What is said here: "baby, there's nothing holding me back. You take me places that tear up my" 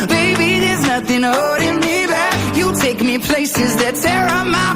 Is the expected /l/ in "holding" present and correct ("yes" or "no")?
no